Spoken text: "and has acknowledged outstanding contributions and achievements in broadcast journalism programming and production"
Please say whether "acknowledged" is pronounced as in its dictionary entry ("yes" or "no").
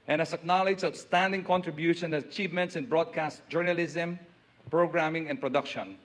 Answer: no